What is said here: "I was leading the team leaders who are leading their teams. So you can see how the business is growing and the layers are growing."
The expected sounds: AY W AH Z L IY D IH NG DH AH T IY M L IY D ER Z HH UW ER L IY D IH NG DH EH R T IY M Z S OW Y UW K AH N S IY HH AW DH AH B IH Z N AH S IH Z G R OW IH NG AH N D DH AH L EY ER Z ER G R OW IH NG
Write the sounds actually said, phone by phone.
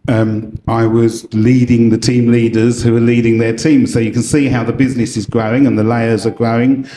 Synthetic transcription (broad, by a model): AY W AH Z L IY D IH NG DH AH T IY M L IY D ER Z HH UW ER L IY D IH NG DH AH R T IY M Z S OW Y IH K AH N S IY HH AW DH AH B IH Z N AH S IH Z G R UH IH NG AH N DH AH L EY ER Z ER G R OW IH NG